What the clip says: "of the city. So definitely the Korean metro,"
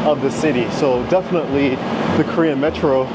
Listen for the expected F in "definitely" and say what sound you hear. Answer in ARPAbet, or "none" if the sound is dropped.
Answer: F